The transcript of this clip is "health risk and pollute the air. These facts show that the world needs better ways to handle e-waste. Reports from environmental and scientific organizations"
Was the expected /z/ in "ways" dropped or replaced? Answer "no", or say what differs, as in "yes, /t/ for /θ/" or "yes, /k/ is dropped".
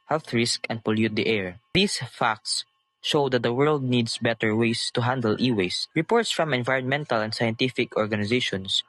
yes, /s/ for /z/